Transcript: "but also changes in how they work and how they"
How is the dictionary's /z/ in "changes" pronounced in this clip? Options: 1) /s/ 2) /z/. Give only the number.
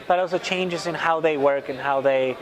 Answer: 2